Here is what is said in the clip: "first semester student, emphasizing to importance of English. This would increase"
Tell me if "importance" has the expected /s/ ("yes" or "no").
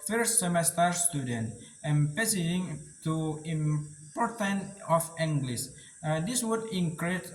no